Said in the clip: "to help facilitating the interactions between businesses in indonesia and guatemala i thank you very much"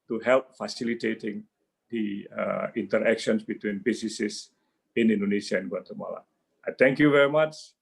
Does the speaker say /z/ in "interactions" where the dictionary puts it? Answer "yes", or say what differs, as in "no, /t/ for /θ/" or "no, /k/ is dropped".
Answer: no, /s/ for /z/